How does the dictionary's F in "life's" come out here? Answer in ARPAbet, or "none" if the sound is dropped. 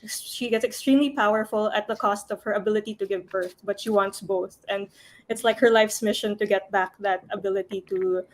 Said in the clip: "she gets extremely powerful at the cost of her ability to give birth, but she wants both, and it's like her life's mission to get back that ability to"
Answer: F